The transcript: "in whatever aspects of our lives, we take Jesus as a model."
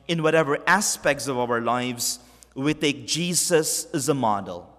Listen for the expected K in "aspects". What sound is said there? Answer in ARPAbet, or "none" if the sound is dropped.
K